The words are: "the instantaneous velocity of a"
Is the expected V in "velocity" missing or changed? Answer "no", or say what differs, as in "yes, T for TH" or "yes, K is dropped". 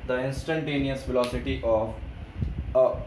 yes, F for V